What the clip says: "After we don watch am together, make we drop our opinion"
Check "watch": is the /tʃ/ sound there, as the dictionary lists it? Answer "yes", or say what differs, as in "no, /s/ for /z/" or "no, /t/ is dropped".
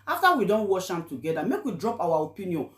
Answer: no, /ʃ/ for /tʃ/